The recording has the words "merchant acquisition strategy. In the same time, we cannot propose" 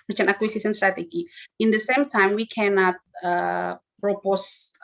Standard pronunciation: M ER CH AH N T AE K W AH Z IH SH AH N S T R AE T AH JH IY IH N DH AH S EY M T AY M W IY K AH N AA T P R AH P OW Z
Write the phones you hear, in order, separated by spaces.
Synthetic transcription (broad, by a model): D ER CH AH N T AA K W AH S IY S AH N S T R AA T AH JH IY IH N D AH S EY M T AY M W IY K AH N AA T P R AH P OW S